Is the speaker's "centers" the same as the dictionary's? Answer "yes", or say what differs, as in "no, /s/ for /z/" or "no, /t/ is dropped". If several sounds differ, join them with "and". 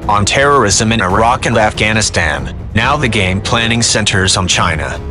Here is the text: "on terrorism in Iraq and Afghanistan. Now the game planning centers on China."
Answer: yes